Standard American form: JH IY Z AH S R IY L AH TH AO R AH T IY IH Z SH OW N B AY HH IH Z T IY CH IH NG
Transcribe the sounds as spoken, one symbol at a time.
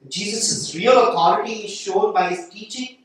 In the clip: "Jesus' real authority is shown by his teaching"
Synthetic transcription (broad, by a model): JH IY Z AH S R IY L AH T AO R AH T IY IH Z SH OW N B AY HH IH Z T IY CH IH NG